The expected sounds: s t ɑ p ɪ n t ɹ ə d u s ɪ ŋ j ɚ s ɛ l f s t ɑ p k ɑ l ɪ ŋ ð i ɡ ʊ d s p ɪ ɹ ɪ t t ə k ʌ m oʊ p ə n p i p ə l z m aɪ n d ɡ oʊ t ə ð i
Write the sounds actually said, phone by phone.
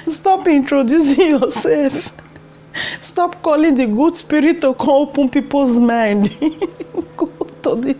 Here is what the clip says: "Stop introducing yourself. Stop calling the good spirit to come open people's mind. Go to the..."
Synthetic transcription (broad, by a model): s t ɑ p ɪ n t ɹ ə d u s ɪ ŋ j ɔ s ɛ l f s t ɑ p k ɑ l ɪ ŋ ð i ɡ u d s p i ɹ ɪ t t ə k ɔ oʊ p ə n p i p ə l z m aɪ n d ɡ oʊ t ə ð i